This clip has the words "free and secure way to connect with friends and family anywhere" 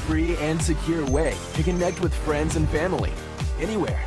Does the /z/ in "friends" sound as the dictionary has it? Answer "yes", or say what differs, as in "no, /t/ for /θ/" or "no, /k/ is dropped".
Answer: yes